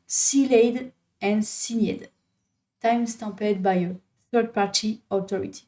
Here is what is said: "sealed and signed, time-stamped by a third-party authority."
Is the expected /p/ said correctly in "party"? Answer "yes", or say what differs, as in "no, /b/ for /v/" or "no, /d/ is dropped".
yes